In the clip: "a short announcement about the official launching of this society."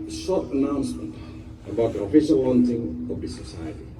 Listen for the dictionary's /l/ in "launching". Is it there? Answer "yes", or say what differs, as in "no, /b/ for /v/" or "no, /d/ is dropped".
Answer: no, /w/ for /l/